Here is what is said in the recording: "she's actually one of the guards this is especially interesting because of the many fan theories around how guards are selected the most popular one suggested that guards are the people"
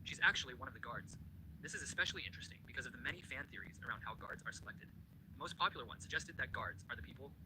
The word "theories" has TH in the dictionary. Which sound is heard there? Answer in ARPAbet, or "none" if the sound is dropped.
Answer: TH